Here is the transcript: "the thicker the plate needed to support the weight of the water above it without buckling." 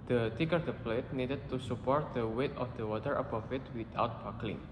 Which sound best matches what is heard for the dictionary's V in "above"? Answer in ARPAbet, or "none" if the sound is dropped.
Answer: F